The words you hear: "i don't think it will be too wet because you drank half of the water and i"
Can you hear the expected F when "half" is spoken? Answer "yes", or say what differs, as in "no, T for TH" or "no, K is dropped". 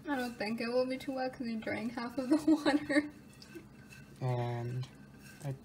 yes